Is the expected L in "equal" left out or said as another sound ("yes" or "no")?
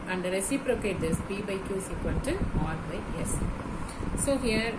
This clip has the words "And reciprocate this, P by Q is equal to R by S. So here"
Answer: yes